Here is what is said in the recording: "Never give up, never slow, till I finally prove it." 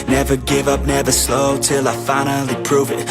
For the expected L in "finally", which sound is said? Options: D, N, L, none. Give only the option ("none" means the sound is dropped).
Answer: L